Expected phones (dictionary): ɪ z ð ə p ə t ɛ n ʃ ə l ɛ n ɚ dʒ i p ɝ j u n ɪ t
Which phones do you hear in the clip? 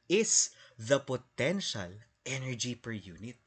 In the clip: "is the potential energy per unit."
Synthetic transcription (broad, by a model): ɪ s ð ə p ə t ɛ n ʃ ə l ɛ n ɚ dʒ i p ɝ j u n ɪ t